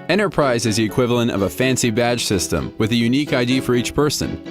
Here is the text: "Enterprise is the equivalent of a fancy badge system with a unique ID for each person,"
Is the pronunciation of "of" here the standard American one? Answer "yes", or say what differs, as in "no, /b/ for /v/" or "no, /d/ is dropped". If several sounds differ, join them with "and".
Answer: yes